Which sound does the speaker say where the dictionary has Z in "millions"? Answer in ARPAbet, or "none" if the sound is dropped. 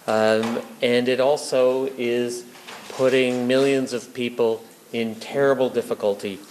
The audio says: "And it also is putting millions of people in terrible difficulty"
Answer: Z